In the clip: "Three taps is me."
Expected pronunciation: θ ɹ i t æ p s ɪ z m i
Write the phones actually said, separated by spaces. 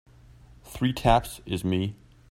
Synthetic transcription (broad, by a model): θ ɹ i t æ p s ɪ z m i